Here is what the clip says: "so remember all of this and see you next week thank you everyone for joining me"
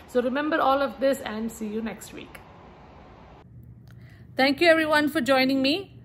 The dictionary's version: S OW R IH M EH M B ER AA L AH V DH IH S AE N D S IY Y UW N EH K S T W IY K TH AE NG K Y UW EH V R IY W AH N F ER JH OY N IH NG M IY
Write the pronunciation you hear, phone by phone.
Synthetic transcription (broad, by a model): S OW R IH M EH M B ER AA L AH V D IH S AE N D S IY Y UW N EH K S T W IY K T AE NG K Y UW EH V R IY W AH N F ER JH OY N IH NG M IY